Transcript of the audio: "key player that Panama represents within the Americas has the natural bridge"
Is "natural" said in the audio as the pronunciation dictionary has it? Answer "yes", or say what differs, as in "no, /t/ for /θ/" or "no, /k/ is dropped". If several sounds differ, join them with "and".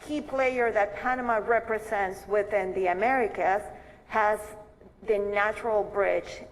yes